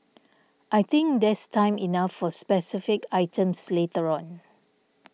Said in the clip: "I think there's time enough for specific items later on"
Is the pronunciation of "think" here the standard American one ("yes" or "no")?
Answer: no